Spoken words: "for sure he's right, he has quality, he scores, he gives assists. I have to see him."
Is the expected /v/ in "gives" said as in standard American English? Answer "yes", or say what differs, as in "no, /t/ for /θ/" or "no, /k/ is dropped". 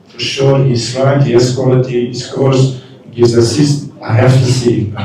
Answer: no, /v/ is dropped